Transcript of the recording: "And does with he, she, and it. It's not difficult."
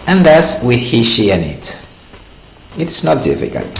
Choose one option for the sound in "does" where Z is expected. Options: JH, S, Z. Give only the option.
S